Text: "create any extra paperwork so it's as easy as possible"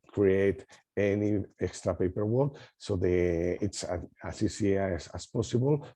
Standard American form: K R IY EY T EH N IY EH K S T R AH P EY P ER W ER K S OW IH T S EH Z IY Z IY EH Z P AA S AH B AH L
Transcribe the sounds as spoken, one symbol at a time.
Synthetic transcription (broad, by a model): K R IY EY T EH N IY EH K S T R AH P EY P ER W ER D S OW IH T S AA S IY S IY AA S P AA S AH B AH L